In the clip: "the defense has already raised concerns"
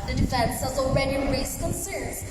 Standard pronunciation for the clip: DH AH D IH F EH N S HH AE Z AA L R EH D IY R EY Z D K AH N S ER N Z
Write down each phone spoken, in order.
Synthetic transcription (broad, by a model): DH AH D IH F EH N S HH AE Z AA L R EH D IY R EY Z K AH N S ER N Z